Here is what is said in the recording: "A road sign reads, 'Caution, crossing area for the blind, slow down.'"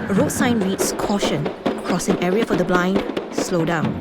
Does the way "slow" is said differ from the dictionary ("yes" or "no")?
no